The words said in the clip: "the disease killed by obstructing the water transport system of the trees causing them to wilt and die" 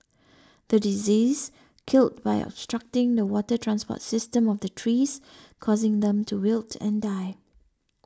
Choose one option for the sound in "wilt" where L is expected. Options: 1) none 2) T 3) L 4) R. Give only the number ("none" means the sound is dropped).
3